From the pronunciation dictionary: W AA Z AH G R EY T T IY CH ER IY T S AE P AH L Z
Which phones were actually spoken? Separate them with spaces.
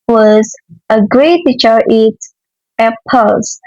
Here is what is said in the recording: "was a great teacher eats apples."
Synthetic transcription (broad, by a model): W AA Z AH G R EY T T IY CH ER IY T AE P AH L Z